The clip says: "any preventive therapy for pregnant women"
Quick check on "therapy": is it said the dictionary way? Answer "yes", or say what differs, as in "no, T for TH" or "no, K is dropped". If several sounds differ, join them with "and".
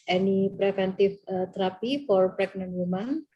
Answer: no, T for TH